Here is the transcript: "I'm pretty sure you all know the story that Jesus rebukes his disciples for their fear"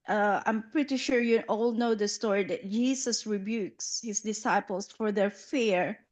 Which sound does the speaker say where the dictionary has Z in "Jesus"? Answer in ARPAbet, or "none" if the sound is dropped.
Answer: S